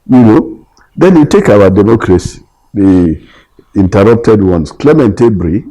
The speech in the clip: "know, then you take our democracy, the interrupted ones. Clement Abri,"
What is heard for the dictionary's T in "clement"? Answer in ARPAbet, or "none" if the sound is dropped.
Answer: T